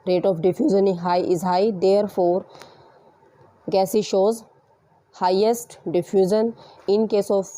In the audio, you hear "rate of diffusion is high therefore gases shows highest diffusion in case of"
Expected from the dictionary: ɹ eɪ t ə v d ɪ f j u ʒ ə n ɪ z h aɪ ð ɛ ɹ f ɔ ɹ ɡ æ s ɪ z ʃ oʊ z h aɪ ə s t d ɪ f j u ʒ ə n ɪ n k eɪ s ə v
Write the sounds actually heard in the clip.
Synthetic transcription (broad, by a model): ɹ eɪ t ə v d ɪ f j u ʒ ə n ɪ z h aɪ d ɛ ɹ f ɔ ɹ ɡ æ s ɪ ʃ oʊ z h aɪ ə s t d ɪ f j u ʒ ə n ɪ n k eɪ s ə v